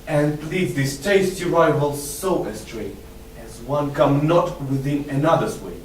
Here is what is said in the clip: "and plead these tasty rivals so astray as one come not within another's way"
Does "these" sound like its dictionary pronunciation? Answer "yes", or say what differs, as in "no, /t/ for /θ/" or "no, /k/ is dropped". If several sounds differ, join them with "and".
no, /s/ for /z/